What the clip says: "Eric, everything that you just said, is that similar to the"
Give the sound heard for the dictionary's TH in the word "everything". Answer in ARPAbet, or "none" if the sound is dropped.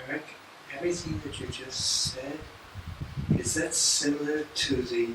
TH